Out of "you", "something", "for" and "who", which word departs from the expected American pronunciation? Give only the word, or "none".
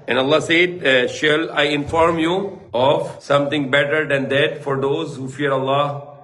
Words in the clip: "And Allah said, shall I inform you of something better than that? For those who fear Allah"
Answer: something